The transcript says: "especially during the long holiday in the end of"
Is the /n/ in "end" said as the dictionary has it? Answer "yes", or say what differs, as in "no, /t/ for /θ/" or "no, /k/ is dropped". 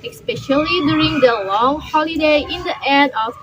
no, /n/ is dropped